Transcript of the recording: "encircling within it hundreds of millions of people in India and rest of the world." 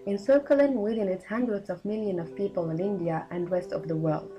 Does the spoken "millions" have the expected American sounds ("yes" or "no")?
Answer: no